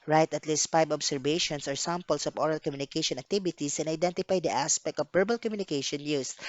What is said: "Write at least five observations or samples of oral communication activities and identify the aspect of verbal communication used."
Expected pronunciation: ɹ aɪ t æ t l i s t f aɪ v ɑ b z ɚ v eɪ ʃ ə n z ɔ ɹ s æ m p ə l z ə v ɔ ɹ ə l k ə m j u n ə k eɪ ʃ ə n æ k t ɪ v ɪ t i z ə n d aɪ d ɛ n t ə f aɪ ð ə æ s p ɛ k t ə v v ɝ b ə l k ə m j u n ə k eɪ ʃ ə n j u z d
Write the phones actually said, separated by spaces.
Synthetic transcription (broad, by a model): ɹ aɪ t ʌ t l i s t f aɪ b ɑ b s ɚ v eɪ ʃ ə n s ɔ ɹ s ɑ m p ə l s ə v ɔ ɹ ə l k ə m j u n ə k eɪ ʃ ə n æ k t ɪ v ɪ t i s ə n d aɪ d ɛ n t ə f aɪ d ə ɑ s p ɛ k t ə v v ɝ b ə l k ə m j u n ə k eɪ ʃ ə n j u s